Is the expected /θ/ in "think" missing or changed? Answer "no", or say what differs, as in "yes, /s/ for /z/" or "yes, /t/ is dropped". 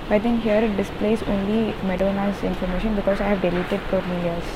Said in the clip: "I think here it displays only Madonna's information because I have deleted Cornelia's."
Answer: yes, /t/ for /θ/